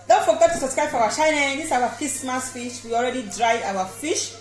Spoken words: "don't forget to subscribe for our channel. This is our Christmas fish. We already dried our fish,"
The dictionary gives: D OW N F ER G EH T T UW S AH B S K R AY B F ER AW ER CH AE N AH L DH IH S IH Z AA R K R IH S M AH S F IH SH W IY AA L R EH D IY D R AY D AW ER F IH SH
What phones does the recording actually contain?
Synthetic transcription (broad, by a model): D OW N F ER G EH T T UW S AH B S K R AY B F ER AW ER SH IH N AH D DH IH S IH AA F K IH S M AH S F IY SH W IY AA L R EH D IY D R AY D AW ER F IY SH